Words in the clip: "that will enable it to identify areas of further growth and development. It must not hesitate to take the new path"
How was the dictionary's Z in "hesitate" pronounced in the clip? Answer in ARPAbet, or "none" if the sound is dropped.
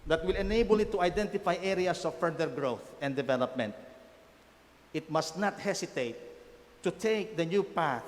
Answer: S